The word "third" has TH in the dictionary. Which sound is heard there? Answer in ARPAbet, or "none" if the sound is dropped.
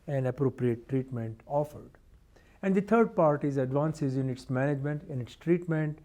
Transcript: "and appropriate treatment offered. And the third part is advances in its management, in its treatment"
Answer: T